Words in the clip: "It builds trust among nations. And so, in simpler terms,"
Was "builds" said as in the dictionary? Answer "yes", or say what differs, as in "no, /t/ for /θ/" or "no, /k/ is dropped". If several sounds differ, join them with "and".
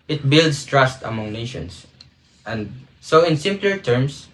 no, /s/ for /z/